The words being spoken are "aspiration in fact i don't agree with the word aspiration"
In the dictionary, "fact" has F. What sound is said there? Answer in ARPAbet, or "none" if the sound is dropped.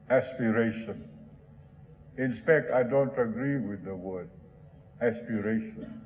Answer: P